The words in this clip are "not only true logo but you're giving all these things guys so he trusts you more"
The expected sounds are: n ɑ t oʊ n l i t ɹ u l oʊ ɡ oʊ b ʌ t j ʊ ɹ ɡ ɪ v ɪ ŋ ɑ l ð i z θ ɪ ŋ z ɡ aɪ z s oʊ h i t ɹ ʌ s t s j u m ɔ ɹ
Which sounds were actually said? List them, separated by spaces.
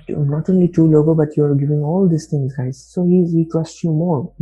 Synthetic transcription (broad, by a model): n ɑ t oʊ n l i t u l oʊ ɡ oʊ b ʌ t j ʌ ɹ ɡ ɪ v ɪ ŋ ɑ l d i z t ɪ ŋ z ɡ aɪ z s oʊ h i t ɹ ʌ s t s j u m ɔ ɹ